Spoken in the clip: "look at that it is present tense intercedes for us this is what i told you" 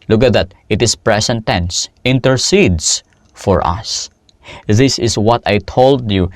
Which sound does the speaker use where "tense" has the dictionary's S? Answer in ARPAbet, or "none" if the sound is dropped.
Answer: S